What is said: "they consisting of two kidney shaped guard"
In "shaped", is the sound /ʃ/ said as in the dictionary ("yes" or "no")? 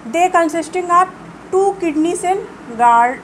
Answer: no